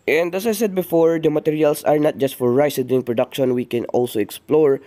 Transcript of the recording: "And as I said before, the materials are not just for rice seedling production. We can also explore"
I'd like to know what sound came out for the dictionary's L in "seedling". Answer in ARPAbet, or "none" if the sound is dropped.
none